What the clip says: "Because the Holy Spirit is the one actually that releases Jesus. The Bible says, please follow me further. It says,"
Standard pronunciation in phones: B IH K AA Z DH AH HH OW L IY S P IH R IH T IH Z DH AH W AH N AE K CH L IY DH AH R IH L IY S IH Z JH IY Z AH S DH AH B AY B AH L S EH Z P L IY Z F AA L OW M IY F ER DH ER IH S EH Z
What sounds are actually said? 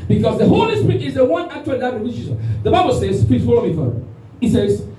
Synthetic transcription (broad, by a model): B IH K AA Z DH AH HH OW L IY S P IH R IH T IH Z DH AH W AH N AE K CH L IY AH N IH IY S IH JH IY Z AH DH AH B AY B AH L S EH Z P IY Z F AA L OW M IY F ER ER IH S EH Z